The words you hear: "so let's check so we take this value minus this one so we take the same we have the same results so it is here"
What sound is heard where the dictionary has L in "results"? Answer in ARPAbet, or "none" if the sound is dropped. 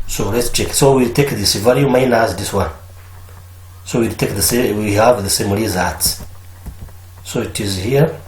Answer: none